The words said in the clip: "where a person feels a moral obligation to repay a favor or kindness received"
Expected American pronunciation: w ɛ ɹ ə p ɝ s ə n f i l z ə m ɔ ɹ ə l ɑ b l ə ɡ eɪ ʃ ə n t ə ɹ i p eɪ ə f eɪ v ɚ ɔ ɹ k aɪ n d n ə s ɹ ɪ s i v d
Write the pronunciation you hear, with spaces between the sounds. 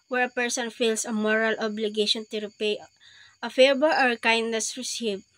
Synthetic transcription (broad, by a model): w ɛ ɹ ə p ɝ s ə n f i l s ə m ɔ ɹ ə l ɑ b l ə ɡ eɪ ʃ ə n t ə ɹ i p eɪ ə f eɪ b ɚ ɔ ɹ k aɪ n d n ə s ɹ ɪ s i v